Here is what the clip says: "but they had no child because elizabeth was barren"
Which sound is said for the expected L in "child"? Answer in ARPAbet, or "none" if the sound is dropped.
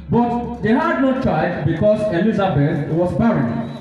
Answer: none